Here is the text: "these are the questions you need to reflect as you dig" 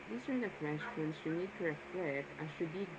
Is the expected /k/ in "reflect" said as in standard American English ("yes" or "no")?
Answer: no